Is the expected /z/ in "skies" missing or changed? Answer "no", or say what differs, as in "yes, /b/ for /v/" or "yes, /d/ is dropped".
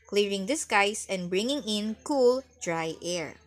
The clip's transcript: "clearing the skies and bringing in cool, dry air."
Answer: yes, /s/ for /z/